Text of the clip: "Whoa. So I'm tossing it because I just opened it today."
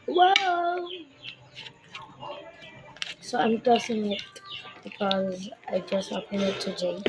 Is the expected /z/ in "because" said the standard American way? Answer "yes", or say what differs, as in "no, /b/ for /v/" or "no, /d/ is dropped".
yes